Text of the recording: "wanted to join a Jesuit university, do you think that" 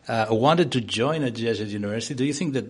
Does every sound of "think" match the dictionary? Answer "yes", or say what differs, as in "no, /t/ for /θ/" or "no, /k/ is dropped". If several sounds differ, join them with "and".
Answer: yes